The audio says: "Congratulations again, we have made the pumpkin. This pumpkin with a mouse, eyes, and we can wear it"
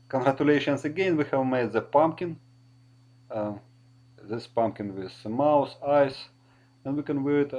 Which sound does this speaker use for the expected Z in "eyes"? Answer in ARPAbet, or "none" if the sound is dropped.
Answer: S